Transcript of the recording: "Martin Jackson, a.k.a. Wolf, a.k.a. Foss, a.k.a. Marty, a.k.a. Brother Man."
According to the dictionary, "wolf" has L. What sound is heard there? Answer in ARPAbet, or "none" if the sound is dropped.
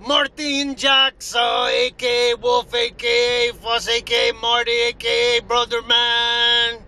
none